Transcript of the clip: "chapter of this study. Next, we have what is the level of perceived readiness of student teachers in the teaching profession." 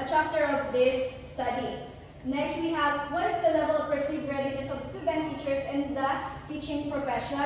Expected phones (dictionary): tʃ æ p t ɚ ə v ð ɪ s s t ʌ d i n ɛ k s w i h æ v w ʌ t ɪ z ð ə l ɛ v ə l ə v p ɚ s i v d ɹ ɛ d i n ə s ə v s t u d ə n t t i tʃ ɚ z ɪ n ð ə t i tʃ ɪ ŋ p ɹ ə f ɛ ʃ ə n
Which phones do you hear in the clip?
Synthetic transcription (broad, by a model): tʃ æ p t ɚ ə v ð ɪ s s t ʌ d i n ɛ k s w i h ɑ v w ʌ t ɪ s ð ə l ɛ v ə l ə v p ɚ s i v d ɹ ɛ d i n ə s ə v s t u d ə n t t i tʃ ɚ s ɪ n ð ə t i tʃ ɪ ŋ p ɹ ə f ɛ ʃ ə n